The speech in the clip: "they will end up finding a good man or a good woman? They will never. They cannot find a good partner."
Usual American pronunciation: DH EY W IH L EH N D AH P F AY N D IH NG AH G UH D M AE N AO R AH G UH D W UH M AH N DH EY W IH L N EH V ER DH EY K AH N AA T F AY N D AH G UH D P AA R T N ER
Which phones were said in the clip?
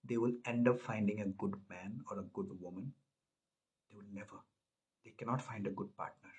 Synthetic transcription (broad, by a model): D EY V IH L EH N D AH P F AY N D IH NG AH G UH D M AE N AO R AH G UH D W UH M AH N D EY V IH L N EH V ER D EY K AH N AA T F AY N D AH G UH D P AA R T N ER